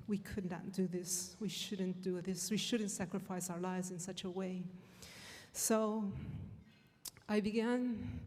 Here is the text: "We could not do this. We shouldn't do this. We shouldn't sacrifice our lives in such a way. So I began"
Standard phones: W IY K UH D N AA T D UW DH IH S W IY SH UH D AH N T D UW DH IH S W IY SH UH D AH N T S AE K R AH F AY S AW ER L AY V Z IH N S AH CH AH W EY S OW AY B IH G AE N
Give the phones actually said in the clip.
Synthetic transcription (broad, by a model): W IY K UH D N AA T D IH DH IH S W IY SH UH D N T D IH DH IH S W IY SH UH D N T S AE K R AH F AY S AW ER L AY V Z IH N S AH CH AH W EY S OW AY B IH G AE N